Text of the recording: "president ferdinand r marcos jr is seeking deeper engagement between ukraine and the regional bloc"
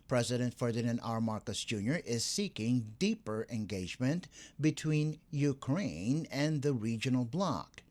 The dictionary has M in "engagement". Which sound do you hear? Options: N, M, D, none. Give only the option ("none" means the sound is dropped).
M